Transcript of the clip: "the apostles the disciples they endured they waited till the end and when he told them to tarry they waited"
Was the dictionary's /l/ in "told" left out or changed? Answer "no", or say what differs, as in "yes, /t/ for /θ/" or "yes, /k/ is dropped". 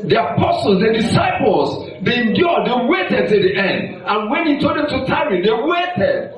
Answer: yes, /l/ is dropped